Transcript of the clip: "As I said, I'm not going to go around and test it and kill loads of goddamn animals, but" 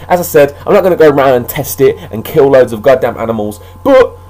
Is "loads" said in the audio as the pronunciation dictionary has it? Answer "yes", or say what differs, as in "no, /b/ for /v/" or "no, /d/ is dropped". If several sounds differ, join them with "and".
yes